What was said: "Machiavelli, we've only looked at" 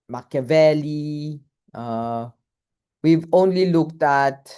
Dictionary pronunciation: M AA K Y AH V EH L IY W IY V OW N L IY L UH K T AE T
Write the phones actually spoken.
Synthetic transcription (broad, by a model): M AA K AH V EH L IY W IY V OW N L IY L UH K T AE T